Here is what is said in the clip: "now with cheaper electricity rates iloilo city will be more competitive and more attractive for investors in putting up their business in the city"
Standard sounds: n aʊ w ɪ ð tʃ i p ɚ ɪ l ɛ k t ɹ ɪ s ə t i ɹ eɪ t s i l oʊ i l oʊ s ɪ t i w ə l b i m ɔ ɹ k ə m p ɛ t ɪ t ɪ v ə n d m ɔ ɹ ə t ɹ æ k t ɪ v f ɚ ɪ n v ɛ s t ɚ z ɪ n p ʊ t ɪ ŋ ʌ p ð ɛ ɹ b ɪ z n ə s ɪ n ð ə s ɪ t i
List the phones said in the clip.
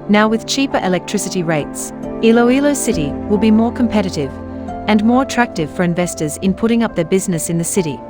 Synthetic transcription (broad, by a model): n aʊ w ɪ ð tʃ i p ɚ ɪ l ɛ k t ɹ ɪ s ə t i ɹ eɪ t s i l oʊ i l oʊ s ɪ t i w ə l b i m ɔ ɹ k ə m p ɛ t ɪ t ɪ v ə n m ɔ ɹ ə t ɹ æ k t ɪ v f ɚ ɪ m v ɛ s t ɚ z ɪ n p ʊ t ɪ ŋ ʌ p ð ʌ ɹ b ɪ z n ə s ɪ n ð ə s ɪ t i